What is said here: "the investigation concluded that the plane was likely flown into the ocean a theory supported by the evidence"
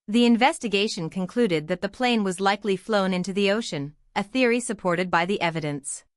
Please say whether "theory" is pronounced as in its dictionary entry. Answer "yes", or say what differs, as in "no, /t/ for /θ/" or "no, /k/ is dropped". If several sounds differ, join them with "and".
yes